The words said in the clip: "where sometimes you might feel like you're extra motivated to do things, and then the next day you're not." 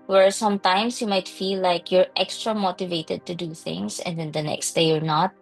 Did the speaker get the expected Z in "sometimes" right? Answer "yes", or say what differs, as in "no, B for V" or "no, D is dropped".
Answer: no, S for Z